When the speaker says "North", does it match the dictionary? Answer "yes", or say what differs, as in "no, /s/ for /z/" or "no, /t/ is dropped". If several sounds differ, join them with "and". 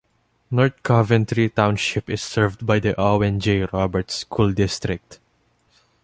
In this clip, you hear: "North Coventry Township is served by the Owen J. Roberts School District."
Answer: no, /t/ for /θ/